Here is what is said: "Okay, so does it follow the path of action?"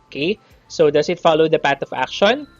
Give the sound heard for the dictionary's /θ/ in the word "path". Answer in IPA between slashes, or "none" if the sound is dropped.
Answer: /t/